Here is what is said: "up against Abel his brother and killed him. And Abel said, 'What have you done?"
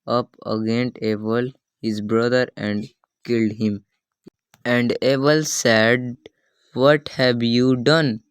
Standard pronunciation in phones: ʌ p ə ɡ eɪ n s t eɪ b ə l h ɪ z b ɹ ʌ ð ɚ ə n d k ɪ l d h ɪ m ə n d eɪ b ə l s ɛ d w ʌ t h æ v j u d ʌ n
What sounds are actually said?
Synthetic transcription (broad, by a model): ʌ p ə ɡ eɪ n t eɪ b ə l h ɪ z b ɹ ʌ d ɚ ə n d k ɪ l d h ɪ m ə n d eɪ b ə l s ɛ d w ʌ t h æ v j u d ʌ n